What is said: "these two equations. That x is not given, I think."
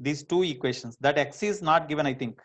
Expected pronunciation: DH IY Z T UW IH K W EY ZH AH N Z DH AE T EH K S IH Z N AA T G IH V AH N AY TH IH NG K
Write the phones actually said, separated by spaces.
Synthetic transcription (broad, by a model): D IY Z T UW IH K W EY SH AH N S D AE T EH K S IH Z N AA T G IH V AH N AY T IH NG K